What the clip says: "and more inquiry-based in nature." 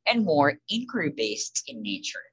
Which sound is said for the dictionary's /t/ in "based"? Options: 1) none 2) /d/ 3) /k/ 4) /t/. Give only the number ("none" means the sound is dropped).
4